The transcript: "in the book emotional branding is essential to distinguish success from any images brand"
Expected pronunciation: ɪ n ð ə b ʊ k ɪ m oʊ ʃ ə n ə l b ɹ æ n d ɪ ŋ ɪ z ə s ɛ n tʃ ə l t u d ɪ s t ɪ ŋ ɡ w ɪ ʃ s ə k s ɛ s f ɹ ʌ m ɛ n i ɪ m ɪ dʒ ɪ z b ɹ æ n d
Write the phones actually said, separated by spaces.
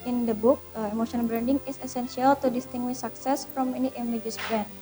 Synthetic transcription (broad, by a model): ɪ n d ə b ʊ k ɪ m oʊ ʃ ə ə n b ɹ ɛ n d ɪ ŋ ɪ s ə s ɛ n s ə l t u d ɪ s t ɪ ŋ ɡ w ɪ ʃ s ə k s ɛ s f ɹ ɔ m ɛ n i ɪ m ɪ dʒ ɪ s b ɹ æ n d